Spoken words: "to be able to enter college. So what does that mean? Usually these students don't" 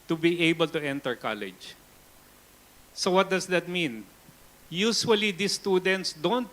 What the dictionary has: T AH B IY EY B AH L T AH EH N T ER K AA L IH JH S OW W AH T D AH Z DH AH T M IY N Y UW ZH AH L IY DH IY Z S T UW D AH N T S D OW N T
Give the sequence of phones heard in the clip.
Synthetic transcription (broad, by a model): T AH B IY EY B AH L T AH EH N T ER K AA L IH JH S OW W AH T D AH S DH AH T M IY N Y UW S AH W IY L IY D S T UW D AH N T S D OW N T